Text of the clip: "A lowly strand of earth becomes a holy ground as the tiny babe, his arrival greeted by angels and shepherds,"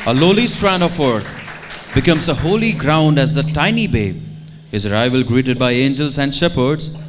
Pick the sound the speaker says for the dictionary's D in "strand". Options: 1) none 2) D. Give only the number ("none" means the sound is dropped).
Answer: 1